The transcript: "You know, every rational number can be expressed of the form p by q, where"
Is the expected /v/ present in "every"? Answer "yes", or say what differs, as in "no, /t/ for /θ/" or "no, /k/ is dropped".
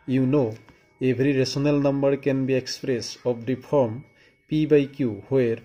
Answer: no, /b/ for /v/